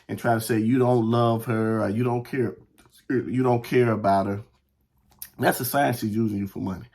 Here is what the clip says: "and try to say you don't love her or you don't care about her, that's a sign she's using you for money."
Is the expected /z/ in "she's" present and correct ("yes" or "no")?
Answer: yes